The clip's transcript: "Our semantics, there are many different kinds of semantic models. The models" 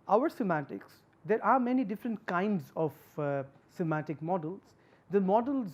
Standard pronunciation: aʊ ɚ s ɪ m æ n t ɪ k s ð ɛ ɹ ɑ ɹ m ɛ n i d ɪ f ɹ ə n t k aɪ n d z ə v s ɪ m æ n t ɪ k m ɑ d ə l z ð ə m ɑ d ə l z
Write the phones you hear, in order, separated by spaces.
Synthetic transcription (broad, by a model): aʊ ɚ s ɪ m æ t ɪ k s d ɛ ɹ ɑ ɹ m ɛ n i d ɪ f ɹ ə n t k aɪ n d z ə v s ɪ m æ t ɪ k m ɑ d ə l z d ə m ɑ d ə l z